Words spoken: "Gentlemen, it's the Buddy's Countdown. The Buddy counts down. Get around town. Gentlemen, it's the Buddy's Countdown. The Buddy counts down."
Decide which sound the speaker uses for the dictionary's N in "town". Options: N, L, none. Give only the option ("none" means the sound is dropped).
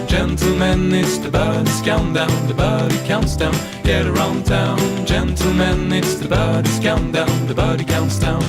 N